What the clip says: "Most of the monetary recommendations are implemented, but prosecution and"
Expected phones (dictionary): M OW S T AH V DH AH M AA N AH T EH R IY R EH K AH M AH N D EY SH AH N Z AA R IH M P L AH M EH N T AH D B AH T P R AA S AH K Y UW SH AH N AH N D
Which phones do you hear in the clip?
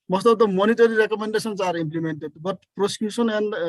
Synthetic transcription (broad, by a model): M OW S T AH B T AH M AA N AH T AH R IY R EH K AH M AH N D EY S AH N S AA R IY M P L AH M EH N T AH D B AH T P R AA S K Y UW S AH N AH N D